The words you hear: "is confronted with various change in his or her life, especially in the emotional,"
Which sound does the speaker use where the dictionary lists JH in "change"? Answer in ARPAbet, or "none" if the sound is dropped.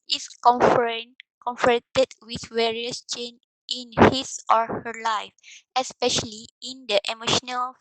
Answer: none